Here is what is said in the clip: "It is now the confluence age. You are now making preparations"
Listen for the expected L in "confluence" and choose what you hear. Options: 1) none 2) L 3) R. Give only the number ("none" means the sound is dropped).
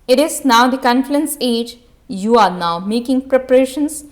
1